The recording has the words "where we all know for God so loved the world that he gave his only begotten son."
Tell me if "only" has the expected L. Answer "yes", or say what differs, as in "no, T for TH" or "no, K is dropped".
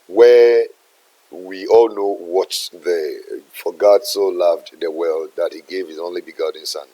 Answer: yes